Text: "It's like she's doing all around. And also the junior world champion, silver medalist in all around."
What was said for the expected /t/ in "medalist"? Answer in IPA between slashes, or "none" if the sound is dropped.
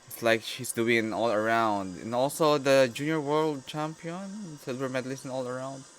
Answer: none